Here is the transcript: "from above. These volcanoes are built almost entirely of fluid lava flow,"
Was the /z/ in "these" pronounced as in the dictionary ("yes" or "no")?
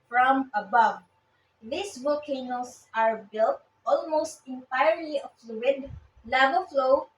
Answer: no